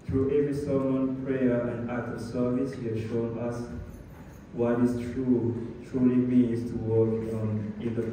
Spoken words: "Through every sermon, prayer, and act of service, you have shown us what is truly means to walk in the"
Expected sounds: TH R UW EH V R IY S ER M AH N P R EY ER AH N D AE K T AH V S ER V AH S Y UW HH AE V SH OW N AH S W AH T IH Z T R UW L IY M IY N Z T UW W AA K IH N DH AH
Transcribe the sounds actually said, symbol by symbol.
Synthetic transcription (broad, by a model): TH R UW EH V R IY S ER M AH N P R EY ER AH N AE T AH S ER V AH S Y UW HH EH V SH OW N AH S W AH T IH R T R UW L IY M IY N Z T UW W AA K IH N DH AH